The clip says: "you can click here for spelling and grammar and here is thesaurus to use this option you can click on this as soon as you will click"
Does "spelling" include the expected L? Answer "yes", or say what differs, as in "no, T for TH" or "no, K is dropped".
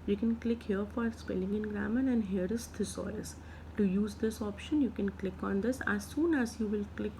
yes